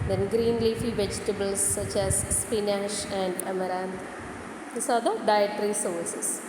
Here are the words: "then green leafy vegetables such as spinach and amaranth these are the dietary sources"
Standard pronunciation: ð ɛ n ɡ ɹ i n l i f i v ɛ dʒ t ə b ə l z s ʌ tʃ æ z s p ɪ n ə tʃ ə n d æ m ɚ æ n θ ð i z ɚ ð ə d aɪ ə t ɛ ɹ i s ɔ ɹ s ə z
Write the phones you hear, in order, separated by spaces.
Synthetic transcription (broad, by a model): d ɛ n ɡ ɹ i n l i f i v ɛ dʒ t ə b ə l s ʌ tʃ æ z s p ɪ n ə ʃ ə n d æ m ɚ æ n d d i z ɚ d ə d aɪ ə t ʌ ɹ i s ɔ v s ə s